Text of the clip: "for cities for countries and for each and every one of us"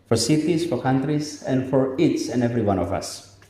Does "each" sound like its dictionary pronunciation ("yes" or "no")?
no